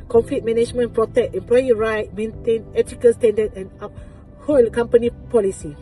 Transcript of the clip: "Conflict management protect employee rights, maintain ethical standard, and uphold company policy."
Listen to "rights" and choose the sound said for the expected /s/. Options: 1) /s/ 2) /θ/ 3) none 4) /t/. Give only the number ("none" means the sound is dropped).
3